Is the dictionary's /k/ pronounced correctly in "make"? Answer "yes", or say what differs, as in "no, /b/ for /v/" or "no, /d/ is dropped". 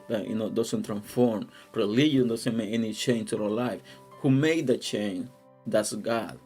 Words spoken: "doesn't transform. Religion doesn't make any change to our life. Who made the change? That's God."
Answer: no, /k/ is dropped